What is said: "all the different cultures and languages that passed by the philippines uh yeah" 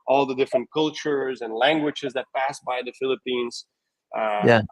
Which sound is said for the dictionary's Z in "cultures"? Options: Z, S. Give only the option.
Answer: Z